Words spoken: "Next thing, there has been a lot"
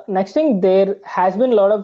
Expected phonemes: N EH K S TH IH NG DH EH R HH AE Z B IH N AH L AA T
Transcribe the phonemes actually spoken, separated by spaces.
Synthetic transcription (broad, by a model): N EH K S T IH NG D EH R HH AE Z B IH N L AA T